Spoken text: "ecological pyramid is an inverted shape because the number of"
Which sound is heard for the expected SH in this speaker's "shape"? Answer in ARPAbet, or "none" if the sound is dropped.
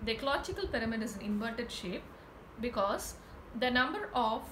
SH